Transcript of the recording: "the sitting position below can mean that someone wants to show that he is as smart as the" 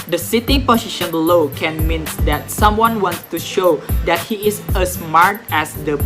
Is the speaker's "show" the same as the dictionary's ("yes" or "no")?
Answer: yes